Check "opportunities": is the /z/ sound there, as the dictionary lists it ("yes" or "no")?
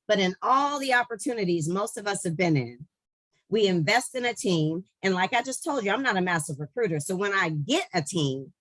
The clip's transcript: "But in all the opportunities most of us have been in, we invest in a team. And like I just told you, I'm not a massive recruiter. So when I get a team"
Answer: yes